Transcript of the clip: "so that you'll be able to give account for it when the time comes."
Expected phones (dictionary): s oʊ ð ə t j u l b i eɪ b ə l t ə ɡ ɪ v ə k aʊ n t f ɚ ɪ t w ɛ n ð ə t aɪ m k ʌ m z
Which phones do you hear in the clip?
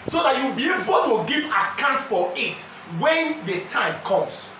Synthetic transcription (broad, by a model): s oʊ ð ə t j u w b i eɪ b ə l t ə ɡ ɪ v ə k aʊ n t f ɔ ɪ t w ɛ n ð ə t aɪ m k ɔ m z